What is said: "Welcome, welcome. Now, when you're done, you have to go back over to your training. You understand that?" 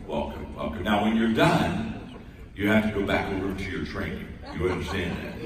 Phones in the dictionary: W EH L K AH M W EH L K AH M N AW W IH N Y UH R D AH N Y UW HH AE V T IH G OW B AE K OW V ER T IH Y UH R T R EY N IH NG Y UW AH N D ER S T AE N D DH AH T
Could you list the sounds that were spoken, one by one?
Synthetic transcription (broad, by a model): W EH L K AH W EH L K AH N AW W IH N Y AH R D AH N Y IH HH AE F T IH G OW B AE K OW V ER T IH Y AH R T R EY N IH NG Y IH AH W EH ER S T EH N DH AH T